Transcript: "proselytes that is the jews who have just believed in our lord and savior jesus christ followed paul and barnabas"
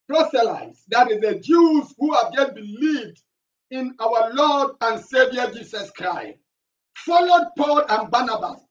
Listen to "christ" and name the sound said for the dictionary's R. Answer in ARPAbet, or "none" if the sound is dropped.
R